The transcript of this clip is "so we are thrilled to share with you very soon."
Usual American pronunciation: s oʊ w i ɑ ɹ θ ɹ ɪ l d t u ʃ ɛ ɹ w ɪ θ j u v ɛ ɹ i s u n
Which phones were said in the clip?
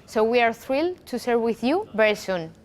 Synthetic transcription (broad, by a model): s oʊ w i ɑ ɹ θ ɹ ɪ l t u s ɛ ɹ w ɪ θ j u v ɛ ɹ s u n